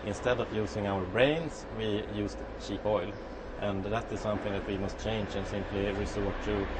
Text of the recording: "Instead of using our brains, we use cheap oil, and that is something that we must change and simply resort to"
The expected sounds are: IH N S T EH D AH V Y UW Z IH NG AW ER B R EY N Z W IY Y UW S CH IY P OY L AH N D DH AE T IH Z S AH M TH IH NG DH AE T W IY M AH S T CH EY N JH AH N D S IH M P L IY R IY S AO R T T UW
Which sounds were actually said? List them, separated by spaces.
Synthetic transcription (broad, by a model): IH N S T EH D AH V Y UW S IH NG AW ER B R EY N S W IY Y UW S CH IY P OY L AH N DH AE T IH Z S AH M TH IH NG DH AE T W IY M AH S T CH EY N JH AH N S IH M P L IY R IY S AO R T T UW